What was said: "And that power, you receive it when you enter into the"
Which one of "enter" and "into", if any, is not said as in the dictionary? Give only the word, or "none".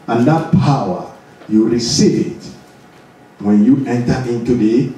none